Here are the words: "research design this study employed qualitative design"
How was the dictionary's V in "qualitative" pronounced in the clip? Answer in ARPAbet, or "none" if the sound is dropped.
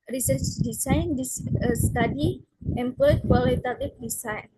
F